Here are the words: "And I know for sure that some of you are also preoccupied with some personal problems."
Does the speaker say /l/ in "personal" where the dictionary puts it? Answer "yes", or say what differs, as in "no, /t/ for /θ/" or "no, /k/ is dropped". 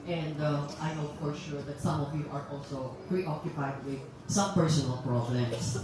yes